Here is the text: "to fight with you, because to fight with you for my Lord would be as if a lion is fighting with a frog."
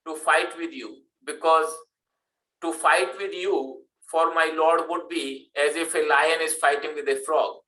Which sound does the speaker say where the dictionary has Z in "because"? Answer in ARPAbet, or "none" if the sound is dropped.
Z